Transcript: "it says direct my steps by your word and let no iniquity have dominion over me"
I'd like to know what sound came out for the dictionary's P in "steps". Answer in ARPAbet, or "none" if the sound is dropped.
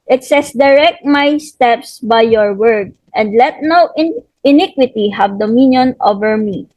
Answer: P